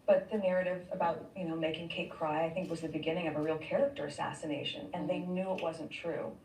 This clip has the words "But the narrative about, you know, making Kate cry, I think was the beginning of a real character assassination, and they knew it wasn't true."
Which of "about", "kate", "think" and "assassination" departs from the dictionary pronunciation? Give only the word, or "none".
none